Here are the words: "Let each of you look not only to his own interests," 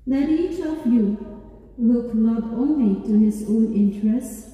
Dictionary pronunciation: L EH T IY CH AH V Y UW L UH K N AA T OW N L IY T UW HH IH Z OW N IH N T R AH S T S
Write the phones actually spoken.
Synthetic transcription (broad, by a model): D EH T IY CH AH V Y UW W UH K L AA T OW N L IY T UW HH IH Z OW N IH N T R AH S S